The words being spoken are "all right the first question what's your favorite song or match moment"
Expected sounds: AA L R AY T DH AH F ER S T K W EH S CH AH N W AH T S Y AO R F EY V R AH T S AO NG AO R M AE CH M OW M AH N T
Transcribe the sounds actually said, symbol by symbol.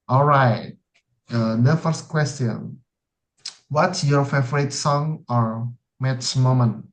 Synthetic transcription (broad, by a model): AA L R AY T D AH F ER S T K W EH S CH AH N W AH T S Y AO R F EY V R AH T S AO NG AO R M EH S M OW M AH N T